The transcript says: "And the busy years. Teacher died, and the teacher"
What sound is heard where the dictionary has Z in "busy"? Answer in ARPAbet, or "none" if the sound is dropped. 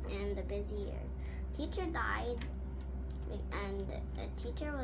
Z